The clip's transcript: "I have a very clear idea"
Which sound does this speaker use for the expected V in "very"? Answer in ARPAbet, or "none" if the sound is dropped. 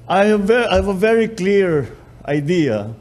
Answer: V